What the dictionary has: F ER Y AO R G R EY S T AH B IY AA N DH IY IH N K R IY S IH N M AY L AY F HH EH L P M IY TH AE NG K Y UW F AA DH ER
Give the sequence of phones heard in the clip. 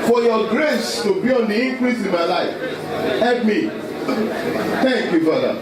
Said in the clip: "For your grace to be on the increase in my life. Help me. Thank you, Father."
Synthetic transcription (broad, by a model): F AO Y AO G R EY S T AH B IY AA N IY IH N K R IY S IH N M AY L AY F HH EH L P M IY T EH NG K Y UW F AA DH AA